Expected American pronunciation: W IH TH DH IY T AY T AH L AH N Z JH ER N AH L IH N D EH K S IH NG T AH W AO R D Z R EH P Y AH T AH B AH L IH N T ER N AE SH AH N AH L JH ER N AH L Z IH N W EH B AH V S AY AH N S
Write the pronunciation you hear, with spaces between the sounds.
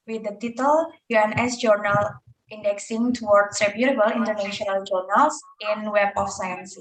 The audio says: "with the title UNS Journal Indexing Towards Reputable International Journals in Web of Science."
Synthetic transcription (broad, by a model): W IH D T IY T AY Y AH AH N S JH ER N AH L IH N D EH K S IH NG T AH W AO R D S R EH B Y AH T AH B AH L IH N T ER N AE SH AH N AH L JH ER N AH L S IH N W EH B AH F S AY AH N S